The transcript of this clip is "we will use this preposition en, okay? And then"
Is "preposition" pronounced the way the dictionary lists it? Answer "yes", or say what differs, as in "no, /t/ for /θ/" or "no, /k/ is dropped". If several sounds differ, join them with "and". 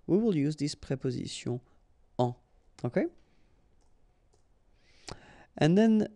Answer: no, /n/ is dropped